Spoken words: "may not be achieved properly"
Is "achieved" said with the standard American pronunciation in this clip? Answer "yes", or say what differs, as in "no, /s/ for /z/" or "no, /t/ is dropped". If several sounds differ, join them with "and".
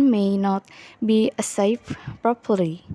no, /s/ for /tʃ/